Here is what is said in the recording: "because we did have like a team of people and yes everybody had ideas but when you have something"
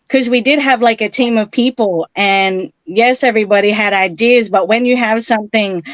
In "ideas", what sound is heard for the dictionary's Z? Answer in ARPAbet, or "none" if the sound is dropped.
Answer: Z